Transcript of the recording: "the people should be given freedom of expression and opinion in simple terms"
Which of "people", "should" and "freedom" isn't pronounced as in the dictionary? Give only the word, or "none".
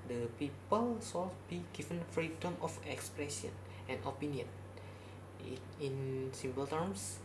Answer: should